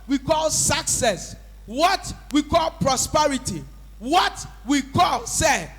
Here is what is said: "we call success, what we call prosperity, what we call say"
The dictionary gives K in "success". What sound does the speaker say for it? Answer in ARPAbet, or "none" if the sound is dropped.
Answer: K